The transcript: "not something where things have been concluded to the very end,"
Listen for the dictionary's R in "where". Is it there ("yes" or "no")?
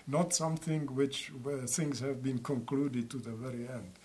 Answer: no